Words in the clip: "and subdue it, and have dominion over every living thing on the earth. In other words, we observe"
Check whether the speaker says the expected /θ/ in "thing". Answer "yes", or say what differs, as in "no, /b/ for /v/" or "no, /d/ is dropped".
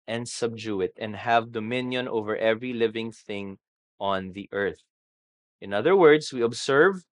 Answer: yes